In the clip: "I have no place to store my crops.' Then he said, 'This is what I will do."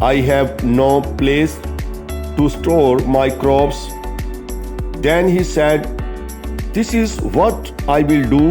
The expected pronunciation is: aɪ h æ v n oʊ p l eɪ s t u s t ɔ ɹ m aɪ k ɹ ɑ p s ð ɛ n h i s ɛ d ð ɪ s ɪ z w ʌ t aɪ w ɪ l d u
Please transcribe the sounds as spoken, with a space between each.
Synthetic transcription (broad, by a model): aɪ h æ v n oʊ p l eɪ s t u s t ɔ ɹ m aɪ k ɹ ɑ p s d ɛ n h i s ɛ d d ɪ s ɪ z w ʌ t aɪ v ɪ l d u